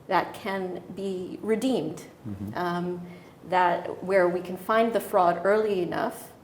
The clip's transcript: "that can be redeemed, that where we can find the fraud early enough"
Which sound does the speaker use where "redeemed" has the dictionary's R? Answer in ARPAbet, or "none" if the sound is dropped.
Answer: R